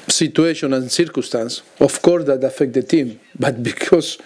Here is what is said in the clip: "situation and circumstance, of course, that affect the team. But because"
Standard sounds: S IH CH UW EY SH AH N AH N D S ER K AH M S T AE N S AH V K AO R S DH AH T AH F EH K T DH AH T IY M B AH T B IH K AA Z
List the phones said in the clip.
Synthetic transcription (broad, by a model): S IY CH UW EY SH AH N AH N S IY K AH S T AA N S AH F K AO R S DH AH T AH F EH K T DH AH T IY M B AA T B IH K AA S